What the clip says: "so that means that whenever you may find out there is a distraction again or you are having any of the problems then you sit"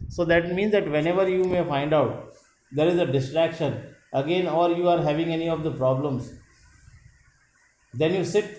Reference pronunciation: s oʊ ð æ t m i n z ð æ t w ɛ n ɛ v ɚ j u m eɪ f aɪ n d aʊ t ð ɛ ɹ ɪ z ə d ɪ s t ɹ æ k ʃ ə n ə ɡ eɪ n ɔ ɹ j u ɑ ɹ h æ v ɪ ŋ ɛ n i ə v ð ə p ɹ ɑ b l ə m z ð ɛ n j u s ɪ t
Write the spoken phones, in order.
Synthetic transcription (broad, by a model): s oʊ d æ t m i n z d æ t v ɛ n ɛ v ɚ j u m eɪ f aɪ n d aʊ t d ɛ ɹ ɪ z ə d ɪ s t ɹ æ k ʃ ə n ə ɡ eɪ n ɔ ɹ j u ɑ ɹ h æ v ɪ ŋ ɛ n i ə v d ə p ɹ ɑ b l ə m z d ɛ n j u s ɪ t